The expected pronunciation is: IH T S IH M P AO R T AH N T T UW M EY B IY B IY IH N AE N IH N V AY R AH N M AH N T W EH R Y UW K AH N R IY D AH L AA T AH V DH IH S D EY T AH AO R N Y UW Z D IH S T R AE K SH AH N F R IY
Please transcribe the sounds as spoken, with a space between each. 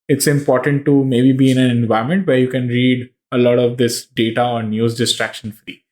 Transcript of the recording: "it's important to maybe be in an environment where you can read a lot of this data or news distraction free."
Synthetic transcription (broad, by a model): IH T S IH M P AO R T AH N T T UW M EY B IY B IY IH N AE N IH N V AY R M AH N T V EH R Y UW K AH N R IY D AH L AA T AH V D IH S D EY T AH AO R N Y UW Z D IH S T R AE K SH AH N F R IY